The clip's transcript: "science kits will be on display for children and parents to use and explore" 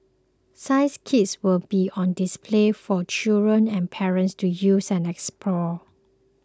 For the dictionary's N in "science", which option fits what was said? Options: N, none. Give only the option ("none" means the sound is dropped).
none